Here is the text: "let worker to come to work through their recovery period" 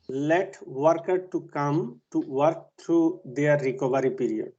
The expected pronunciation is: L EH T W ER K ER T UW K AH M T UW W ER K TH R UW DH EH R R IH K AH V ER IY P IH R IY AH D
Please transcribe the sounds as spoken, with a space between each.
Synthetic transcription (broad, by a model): L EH T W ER K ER T UW K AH M T UW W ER K T R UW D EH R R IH K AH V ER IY P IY R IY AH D